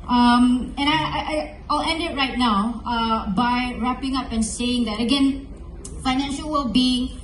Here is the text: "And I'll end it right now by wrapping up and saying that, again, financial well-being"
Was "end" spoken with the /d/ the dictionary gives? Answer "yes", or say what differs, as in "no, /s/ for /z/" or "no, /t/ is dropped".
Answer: yes